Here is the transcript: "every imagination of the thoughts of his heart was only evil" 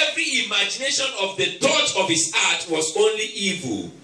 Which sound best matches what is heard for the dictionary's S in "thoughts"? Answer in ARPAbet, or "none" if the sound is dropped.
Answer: none